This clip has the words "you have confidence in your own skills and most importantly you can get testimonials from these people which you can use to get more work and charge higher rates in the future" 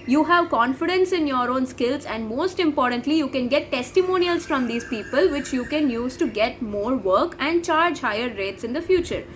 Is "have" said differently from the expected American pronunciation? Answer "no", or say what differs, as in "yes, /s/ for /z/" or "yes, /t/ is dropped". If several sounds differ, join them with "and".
no